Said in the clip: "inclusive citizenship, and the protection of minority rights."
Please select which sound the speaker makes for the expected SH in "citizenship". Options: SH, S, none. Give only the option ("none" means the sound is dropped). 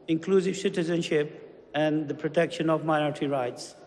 SH